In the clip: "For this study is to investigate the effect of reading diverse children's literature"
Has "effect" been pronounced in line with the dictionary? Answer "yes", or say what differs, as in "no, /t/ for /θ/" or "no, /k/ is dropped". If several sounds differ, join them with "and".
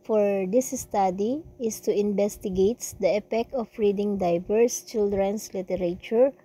no, /p/ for /f/